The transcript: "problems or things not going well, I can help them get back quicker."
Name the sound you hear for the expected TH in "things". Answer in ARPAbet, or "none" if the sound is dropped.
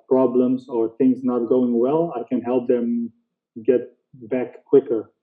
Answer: TH